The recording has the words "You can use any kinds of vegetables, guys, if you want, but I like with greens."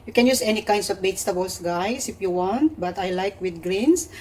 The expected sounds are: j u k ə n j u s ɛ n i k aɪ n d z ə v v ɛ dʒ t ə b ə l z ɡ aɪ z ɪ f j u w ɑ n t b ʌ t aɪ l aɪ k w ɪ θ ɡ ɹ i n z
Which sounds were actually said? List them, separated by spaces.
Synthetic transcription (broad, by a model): j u k ə n j u s ɛ n i k aɪ n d s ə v b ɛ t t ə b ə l s ɡ aɪ s ɪ f j u w ɑ n t b ʌ t aɪ l aɪ k w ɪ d ɡ ɹ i n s